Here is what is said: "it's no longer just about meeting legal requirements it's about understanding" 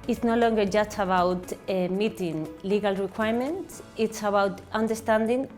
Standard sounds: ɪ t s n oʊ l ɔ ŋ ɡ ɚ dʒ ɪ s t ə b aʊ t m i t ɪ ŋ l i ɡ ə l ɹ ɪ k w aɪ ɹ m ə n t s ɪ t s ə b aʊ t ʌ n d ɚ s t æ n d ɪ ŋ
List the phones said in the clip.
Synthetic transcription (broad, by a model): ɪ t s n oʊ l ɔ ŋ ɡ ɚ dʒ ɪ s t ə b aʊ t m i t ɪ ŋ l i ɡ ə l ɹ ɪ k w aɪ ɹ m ə n t s ɪ t s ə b aʊ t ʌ n d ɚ s t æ n d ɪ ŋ